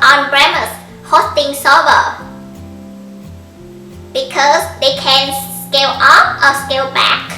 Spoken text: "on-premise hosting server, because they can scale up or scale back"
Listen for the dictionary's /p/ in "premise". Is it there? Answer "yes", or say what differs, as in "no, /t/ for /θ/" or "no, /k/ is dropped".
no, /b/ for /p/